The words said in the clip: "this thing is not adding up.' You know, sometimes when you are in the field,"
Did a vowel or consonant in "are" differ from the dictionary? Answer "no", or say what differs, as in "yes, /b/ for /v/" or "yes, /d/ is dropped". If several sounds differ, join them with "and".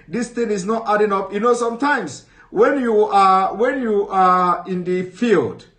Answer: yes, /w/ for /ɹ/